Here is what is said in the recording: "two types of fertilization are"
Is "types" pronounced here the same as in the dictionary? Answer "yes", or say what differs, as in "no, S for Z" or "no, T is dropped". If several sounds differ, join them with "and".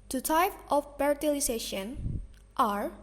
no, S is dropped